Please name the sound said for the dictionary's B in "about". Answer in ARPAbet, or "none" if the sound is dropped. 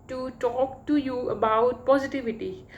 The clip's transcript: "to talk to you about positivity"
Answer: B